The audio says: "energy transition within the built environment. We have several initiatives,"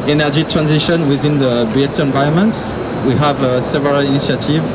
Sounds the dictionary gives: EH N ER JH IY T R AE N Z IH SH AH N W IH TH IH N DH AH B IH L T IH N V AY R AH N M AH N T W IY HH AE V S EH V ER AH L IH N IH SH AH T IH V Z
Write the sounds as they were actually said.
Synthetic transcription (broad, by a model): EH N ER JH IY T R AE N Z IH SH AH N W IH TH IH N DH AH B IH T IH N V AY AH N M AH N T W IY HH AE V S EH V ER AH L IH N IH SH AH T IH V